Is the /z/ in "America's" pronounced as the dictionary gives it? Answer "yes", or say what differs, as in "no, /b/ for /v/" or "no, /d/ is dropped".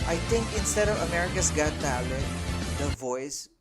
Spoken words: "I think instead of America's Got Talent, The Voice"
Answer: no, /s/ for /z/